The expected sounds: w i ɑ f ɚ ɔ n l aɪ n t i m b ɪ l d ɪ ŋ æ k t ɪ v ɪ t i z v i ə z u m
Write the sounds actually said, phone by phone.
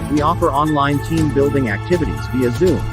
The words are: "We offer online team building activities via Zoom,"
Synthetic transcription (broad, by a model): w i ɑ f ɚ ɔ n l aɪ n t i m b ɪ l d ɪ ŋ æ k t ɪ v ɪ t i z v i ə z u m